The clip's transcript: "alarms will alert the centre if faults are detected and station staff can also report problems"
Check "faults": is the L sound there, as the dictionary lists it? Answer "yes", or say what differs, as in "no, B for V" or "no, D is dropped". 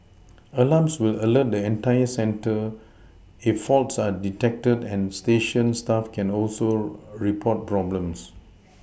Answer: yes